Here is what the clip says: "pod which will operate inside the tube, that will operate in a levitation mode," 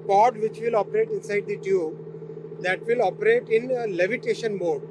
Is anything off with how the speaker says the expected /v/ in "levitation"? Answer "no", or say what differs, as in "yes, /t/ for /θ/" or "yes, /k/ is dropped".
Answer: no